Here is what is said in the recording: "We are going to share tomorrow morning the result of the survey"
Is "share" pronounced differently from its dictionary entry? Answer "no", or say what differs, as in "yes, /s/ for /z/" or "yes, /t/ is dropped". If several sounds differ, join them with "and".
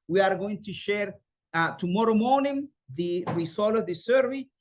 no